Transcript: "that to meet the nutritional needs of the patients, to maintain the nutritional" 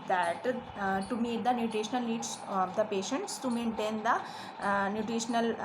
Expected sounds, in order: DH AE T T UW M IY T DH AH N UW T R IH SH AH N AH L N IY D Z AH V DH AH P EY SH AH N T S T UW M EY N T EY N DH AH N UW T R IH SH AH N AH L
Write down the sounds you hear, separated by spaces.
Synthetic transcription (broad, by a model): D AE T T UW M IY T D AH N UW T R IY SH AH N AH L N IY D S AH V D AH P EY SH AH N T S T UW M EY N T EY N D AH N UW T R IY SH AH N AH L